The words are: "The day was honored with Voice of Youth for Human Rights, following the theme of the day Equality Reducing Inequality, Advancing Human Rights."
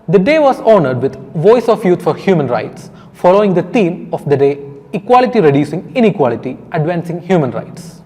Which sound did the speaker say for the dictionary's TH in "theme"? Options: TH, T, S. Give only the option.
T